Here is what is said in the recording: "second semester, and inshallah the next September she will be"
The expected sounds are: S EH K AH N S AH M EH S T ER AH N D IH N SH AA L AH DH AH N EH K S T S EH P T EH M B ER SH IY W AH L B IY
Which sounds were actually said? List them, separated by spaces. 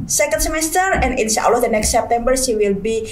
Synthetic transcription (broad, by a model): S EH K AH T S AH M EH S T ER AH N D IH N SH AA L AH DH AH N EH K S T S EH P T EH M B ER S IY W AH L B IY